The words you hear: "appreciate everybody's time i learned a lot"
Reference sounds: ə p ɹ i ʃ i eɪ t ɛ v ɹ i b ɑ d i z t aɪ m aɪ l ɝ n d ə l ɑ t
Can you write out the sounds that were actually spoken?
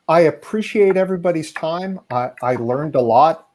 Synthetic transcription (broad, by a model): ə p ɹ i ʃ i eɪ t ɛ v ɹ i b ɑ d i z t aɪ m aɪ l ɝ n d ə l ɑ t